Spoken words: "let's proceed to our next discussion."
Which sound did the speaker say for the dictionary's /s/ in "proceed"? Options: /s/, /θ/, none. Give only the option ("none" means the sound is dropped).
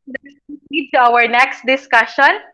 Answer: none